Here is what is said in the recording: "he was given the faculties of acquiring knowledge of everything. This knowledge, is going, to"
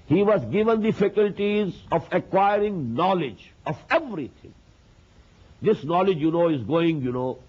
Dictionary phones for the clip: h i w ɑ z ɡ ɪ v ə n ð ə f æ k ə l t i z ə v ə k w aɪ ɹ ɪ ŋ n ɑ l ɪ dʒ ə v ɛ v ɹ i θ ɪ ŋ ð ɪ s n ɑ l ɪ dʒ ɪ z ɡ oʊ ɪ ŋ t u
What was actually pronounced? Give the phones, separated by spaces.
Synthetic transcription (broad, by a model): h i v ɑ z ɡ ɪ v ə n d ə f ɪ k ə l t i z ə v ə k w aɪ ɹ ɪ ŋ n ɑ l ɪ dʒ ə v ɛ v ɹ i t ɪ ŋ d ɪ s n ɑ l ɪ dʒ ɪ z ɡ oʊ ɪ ŋ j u